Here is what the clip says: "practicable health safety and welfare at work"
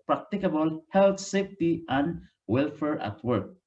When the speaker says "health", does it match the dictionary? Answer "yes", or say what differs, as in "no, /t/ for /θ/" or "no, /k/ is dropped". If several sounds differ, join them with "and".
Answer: no, /t/ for /θ/